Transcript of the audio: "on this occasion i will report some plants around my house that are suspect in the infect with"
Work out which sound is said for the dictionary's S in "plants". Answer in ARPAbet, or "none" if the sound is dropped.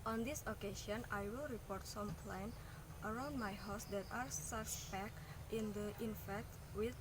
none